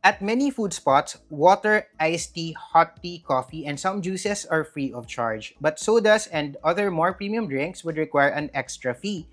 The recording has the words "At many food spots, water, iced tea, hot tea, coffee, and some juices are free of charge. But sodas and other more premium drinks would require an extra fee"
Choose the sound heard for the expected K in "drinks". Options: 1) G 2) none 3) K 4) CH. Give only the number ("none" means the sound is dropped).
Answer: 3